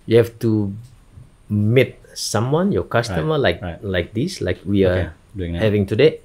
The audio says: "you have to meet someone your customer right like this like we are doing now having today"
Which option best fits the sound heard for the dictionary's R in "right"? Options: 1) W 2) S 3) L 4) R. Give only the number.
3